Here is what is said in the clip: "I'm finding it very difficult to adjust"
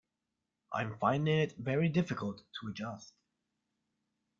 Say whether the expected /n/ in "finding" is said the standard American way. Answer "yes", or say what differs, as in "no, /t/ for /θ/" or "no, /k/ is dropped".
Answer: yes